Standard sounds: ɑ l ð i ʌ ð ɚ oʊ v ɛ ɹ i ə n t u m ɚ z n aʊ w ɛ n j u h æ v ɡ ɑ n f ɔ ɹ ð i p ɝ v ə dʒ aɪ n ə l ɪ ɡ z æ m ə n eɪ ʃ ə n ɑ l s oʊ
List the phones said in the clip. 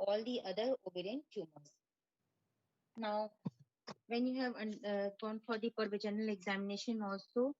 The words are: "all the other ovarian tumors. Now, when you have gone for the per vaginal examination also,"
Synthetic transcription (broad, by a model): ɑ l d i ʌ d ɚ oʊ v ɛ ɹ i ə n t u m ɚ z n aʊ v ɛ n j u h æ v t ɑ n f ɔ ɹ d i p ɝ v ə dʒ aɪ n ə l ɪ ɡ z æ m ə n eɪ ʃ ə n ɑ l s oʊ